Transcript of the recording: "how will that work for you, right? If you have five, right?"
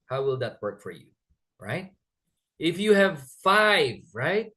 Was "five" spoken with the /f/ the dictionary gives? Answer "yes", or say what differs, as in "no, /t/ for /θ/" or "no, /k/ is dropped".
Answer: yes